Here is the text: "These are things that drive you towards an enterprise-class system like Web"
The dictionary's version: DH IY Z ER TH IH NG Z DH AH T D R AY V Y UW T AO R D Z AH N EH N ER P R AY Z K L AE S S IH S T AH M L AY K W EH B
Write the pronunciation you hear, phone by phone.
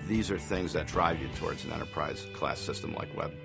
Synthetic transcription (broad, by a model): DH IY Z ER TH IH NG Z DH AH T D R AY V Y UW T AO R D Z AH N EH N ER P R AY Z K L AE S S IH S T AH M L AY K W EH B